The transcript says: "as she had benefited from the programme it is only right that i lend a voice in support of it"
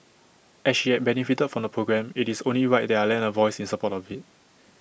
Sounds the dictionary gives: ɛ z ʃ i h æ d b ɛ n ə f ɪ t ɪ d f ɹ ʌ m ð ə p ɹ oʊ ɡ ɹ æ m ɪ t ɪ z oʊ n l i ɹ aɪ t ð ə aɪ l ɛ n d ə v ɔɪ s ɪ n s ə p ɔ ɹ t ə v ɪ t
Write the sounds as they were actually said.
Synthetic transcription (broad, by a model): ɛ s ʃ i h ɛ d b ɛ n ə f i t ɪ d f ɹ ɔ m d ə p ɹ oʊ ɡ ɹ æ m ɪ t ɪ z oʊ n l i w aɪ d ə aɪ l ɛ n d ə v ɔɪ s ɪ n s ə p ɔ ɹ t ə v ɪ t